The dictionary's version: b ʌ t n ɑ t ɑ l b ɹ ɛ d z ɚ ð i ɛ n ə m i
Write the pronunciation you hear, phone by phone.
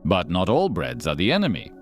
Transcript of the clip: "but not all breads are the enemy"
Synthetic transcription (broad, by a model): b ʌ t n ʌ t ɑ l b ɹ ɛ d z ɚ ð i ɛ n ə m i